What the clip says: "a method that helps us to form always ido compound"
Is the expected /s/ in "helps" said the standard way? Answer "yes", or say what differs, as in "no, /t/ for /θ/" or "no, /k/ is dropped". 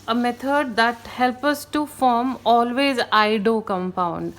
no, /s/ is dropped